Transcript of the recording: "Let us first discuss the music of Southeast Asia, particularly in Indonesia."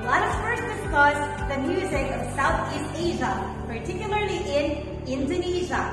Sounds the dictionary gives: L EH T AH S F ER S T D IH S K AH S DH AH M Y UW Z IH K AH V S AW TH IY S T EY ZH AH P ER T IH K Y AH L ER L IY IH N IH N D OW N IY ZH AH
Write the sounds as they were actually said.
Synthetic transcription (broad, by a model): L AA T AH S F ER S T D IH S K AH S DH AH M Y UW Z IH K AH V S AW TH IY S T EY ZH AH P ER T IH K Y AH L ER L IY IH N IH N D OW N IY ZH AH